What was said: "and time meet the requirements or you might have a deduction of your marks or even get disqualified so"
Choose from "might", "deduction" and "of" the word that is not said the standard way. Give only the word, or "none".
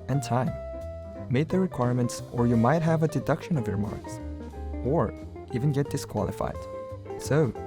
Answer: none